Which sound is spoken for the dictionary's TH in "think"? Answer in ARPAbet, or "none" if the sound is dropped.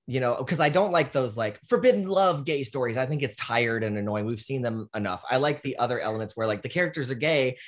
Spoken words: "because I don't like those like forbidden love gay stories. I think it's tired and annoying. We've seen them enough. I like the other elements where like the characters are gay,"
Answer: TH